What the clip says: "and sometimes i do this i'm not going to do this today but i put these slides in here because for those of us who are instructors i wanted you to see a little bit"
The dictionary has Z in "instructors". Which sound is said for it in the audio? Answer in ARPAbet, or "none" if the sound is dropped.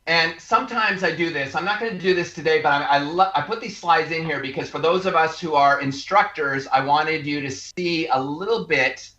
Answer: Z